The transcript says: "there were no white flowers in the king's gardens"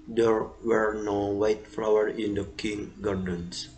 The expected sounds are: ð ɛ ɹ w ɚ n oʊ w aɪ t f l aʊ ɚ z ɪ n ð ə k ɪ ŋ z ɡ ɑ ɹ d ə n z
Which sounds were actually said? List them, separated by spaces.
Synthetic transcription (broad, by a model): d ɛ ɹ w ɚ n oʊ w aɪ t f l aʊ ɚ ɪ n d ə k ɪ ŋ ɡ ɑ ɹ d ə n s